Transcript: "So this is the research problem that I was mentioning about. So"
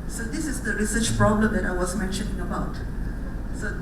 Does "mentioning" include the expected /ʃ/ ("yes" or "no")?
yes